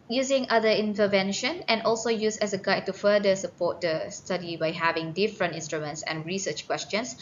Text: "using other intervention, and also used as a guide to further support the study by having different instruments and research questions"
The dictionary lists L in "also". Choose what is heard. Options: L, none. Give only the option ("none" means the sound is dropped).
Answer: L